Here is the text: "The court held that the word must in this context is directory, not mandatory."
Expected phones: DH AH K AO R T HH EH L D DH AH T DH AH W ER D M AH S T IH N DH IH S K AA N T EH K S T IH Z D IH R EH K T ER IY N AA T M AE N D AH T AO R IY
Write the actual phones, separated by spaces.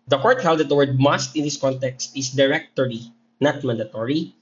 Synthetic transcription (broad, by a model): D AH K AO R T HH EH L D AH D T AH W ER D M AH S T IH N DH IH S K AA N T EH K S T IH S D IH R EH K T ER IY N AA T M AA N D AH T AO R IY